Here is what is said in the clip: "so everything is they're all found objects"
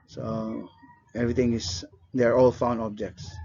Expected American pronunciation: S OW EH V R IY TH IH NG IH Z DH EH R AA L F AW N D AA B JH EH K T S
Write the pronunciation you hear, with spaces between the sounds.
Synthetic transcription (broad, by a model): S OW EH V R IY T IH NG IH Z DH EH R AA L F AW N D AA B JH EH K T S